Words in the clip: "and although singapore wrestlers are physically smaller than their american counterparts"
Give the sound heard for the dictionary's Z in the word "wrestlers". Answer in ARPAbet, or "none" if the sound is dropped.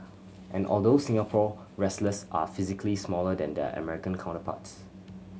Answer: S